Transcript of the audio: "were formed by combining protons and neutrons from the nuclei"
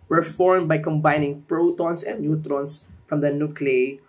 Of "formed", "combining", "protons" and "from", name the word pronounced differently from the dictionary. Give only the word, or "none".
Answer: protons